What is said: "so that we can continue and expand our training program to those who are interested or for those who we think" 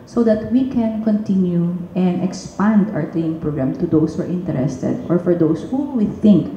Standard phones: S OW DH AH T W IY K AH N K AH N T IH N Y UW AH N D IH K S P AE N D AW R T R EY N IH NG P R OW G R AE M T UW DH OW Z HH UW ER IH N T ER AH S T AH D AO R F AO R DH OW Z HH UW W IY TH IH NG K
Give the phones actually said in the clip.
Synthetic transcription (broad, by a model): S OW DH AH T W IY K AH N K AH N T IH N Y UW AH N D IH K S P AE N D AW R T L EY IH NG P R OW G R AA M T UW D OW S HH UW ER IH N T ER AH S T AH D AO R F AO R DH OW S HH UW W IY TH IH NG K